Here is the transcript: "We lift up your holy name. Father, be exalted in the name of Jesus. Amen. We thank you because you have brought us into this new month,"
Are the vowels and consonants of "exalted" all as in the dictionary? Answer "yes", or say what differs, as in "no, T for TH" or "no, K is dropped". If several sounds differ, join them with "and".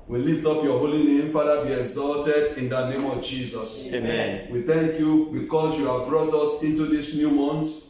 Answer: yes